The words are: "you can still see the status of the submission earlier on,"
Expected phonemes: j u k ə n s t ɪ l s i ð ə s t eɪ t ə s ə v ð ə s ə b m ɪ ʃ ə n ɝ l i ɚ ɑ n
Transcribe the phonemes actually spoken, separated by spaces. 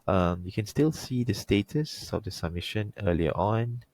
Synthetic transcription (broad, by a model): j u k ə n s t ɪ l s i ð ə s t eɪ t ə s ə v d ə s ə b m ɪ ʃ ə n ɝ l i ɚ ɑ n